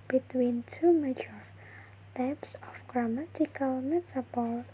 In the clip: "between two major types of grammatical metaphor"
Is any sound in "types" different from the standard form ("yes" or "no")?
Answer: no